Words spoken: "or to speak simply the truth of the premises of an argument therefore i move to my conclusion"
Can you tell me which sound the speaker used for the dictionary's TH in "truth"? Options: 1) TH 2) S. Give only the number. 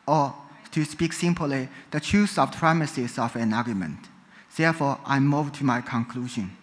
2